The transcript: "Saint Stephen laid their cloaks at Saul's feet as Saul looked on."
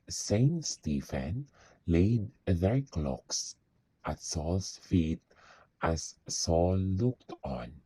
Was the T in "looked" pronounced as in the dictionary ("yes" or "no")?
yes